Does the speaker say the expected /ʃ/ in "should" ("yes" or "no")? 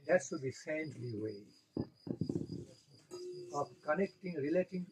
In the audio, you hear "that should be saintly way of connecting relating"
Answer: no